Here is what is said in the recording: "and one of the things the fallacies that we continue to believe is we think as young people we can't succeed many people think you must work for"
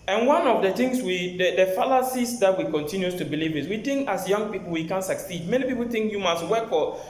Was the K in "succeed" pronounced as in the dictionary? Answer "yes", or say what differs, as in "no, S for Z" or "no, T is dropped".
yes